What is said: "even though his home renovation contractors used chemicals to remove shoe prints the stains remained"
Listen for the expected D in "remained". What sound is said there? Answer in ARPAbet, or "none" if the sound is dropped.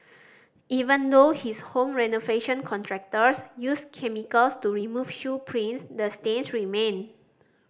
none